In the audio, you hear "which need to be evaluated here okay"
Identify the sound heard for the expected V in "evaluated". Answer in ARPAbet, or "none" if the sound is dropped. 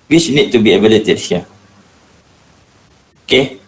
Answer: B